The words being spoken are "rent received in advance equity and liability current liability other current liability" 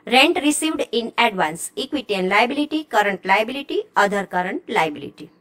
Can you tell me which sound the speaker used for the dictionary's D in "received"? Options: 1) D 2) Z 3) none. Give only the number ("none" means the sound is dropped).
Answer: 1